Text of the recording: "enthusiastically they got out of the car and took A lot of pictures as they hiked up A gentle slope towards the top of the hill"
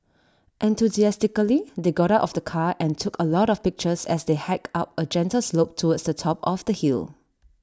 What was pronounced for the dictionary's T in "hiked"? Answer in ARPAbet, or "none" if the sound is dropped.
none